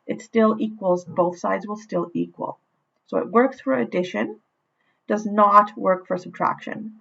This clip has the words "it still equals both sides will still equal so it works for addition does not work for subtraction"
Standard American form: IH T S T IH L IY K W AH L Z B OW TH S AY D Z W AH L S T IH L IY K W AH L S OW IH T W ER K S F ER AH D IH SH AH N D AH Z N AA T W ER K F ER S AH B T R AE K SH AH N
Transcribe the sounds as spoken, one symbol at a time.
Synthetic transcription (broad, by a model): IH T S T IH L IY K W AH L Z B OW TH S AY D Z W AH L S T IH L IY K W AH L S OW IH T W ER K S F ER AH D IH SH AH N D AH Z N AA T W ER K F ER S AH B T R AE K SH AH N